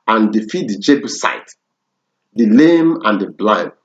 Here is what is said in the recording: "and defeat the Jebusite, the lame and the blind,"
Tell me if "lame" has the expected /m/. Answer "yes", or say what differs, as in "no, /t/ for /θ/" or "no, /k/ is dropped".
yes